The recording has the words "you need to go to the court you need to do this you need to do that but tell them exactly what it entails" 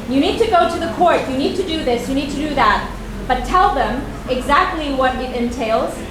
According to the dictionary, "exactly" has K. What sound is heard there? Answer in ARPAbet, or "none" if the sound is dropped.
K